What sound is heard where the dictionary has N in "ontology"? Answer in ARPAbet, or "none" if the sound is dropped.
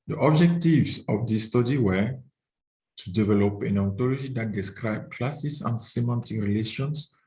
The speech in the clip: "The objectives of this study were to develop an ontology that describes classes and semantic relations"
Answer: none